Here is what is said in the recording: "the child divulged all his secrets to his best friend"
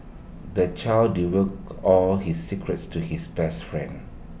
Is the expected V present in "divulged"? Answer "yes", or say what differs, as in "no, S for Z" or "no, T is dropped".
no, W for V